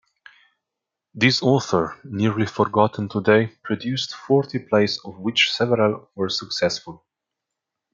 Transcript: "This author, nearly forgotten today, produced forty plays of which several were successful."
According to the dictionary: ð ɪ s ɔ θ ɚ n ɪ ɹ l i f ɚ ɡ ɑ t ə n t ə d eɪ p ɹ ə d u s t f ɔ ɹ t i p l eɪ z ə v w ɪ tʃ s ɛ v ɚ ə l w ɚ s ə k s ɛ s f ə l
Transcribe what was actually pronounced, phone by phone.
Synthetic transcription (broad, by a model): ð ɪ s ɔ θ ɚ n ɪ ɹ l i f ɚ ɡ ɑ t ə n t ə d eɪ p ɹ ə d u s t f ɔ ɹ t i p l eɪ s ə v w ɪ tʃ s ɛ v ɚ ə l w ɚ s ə k s ɛ s f ə l